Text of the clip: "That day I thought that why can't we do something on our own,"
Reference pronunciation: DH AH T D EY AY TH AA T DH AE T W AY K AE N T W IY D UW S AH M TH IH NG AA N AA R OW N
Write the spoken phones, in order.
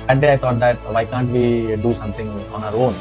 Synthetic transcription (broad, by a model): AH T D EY AY T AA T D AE T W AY K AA N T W IY D UW S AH M T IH NG AA N AA R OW N